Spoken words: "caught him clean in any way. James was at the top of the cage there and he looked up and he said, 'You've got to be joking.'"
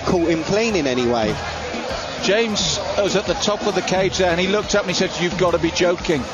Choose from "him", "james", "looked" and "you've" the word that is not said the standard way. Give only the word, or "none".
none